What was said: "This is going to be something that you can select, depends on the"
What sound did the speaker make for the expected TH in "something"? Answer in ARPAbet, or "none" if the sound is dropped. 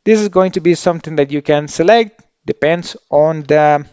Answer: T